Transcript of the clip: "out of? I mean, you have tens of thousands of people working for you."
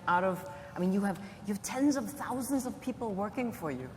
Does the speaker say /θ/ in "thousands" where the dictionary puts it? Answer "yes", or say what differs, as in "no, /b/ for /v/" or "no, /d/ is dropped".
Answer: yes